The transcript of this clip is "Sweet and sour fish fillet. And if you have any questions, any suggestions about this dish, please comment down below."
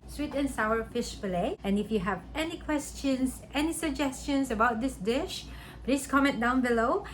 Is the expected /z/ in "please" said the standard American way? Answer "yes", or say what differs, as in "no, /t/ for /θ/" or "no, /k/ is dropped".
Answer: no, /s/ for /z/